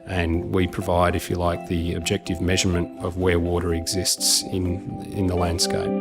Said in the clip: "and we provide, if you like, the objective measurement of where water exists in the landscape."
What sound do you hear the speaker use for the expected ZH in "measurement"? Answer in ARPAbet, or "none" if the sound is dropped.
ZH